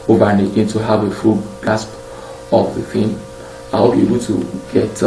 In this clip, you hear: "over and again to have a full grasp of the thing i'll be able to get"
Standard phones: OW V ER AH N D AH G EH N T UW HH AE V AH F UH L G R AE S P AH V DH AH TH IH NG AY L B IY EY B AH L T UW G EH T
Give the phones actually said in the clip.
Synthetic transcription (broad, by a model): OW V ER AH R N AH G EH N T UW HH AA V AH F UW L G AA S P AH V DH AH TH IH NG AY W B IY EY B AH L T UW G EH T